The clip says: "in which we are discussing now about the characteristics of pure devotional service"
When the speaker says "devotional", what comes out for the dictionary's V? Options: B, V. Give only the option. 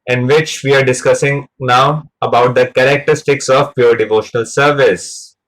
V